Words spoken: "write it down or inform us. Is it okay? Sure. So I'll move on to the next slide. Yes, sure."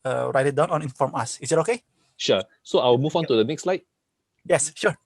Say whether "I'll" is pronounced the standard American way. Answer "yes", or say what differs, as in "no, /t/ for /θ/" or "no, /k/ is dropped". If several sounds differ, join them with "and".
no, /w/ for /l/